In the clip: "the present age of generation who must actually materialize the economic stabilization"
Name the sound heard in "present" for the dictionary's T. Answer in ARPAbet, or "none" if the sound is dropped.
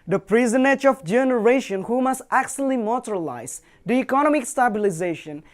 none